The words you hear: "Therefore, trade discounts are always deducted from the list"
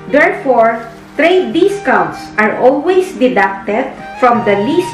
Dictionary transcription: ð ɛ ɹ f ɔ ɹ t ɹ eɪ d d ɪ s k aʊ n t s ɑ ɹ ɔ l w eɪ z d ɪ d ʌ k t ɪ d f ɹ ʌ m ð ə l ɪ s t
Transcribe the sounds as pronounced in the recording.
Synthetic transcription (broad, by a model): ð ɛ ɹ f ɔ ɹ t ɹ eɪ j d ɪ s k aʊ t s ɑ ɹ ɔ l w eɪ s d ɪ d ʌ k t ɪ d f ɹ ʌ m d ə l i s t